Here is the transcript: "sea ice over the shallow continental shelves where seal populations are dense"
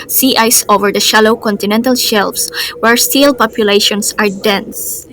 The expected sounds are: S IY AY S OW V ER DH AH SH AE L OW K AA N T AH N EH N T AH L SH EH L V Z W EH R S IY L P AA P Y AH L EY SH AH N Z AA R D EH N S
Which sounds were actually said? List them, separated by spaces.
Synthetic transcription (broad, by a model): S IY AY S OW V ER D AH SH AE L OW K AA N T AH N EH N T AH L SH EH L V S W EH R S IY L P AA P Y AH L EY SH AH N S AA R D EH N S